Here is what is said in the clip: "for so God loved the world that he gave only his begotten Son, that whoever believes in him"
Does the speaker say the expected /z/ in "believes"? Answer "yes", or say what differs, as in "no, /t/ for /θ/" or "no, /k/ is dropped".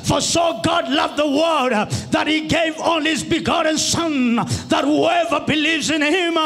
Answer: yes